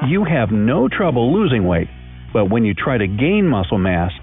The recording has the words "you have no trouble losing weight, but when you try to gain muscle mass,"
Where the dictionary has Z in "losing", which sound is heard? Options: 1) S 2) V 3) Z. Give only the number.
3